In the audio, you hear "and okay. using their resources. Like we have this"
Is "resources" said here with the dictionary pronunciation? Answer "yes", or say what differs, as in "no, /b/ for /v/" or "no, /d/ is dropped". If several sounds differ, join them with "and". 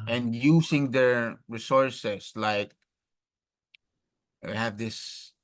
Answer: no, /s/ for /z/